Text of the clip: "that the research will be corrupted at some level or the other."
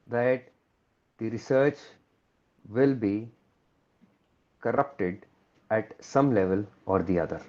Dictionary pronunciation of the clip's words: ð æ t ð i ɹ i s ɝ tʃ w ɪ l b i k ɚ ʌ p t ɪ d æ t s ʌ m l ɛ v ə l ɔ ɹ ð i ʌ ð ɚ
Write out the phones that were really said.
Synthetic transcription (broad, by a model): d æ t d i ɹ i s ɝ tʃ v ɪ l b i k ɚ ʌ p t ɪ d æ t s ʌ m l ɛ v ə l ɔ ɹ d i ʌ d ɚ